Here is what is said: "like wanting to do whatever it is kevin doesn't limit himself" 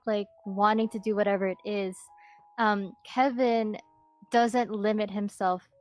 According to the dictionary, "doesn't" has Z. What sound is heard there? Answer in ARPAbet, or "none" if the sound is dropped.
Z